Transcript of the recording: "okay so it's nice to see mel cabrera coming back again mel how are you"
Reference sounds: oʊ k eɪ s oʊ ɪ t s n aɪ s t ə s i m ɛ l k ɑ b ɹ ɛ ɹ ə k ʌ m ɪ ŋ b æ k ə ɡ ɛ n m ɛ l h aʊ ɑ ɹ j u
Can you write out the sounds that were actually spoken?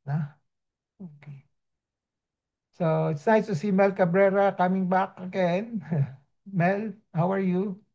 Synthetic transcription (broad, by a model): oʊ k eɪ s oʊ ɪ t s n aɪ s t ə s i m ɛ l k ɑ b ɹ ɛ ɹ ə k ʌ m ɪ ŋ b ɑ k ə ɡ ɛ n m ɛ l h aʊ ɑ ɹ j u